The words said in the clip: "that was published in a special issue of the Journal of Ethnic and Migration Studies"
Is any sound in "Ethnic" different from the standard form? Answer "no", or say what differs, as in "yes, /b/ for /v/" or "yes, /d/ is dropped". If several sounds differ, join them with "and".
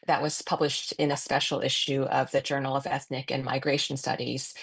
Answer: no